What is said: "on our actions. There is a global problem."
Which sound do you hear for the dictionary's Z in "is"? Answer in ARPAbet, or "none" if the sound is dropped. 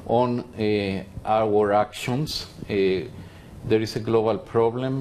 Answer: S